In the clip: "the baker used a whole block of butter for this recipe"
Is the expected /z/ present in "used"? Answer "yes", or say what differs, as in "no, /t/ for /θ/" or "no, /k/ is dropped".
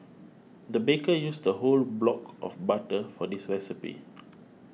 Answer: no, /s/ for /z/